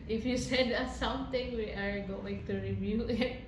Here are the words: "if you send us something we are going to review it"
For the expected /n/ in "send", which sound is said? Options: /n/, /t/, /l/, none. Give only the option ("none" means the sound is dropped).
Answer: none